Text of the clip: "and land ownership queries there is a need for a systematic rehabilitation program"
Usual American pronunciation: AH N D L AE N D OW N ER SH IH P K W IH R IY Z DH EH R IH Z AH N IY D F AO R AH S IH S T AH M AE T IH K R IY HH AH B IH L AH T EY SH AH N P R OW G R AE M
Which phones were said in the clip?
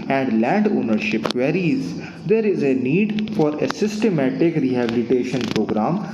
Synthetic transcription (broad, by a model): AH N D L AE N D OW N ER SH IH P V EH R IY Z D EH R IH Z AH N IY D F AO R AH S IH S T AH M AE T IH K R IY HH AH B IH L AH T EY SH AH N P R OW G R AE M